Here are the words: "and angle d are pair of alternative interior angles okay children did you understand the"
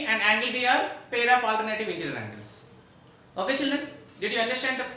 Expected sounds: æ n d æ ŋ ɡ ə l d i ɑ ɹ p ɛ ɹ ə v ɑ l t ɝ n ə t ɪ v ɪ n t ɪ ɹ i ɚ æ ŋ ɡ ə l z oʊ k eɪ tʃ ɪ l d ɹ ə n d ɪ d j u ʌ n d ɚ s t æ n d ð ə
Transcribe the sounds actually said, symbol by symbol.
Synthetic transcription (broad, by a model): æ n d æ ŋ ɡ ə l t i ɑ ɹ p ɛ ɹ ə p ɑ l t ɝ n ə t ɪ v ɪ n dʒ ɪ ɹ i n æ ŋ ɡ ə l s oʊ k eɪ tʃ ɪ l d ɹ ə n d ɪ d j u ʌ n d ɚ s t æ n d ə